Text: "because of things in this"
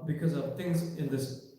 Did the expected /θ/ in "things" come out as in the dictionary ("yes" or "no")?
no